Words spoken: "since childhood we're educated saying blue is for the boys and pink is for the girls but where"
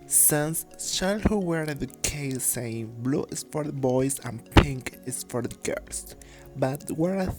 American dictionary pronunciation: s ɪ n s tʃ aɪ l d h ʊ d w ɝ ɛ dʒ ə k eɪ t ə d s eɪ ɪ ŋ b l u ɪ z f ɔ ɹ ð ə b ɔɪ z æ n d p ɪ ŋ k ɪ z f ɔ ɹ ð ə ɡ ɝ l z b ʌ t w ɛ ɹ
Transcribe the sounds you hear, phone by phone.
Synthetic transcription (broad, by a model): s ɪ n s ʃ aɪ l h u w ɝ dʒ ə k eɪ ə s eɪ ɪ ŋ b l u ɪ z f ɔ ɹ ð ə b ɔɪ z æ n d p ɪ ŋ k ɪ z f ɔ ɹ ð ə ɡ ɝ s b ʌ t w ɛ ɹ